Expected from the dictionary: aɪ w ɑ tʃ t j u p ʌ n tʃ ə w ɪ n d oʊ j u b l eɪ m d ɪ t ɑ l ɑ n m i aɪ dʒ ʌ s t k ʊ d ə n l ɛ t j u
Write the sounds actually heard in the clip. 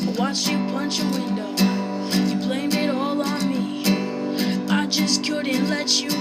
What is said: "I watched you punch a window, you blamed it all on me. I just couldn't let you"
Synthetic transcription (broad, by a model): w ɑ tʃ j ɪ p ʌ n tʃ ə w ɪ n d oʊ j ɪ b l eɪ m ɪ t ɑ l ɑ n m i aɪ dʒ ʌ s k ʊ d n l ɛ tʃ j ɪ